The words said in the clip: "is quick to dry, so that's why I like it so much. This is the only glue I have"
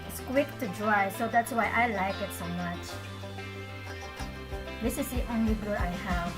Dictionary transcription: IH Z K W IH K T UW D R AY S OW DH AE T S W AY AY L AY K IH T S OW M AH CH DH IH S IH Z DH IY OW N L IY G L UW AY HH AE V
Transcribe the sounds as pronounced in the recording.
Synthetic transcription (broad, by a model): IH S K W IH K T UW D R AY S OW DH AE T S W AY AY L AY K IH T S OW M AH CH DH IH S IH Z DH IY OW N L IY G UW AY HH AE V